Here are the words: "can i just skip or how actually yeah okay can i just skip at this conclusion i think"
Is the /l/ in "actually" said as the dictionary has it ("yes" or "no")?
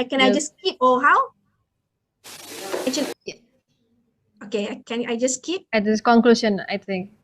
no